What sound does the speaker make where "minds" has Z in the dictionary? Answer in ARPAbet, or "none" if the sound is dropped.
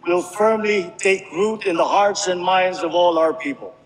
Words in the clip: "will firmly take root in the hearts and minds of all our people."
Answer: Z